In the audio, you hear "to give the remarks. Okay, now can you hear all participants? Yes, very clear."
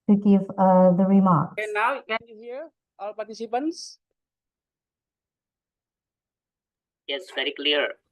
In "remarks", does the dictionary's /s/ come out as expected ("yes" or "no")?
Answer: no